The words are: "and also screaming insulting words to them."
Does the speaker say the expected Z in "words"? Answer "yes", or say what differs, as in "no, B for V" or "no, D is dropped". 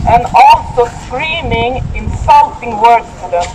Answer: no, Z is dropped